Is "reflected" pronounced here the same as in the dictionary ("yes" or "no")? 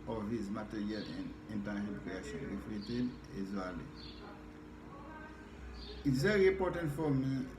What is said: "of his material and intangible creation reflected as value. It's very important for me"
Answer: no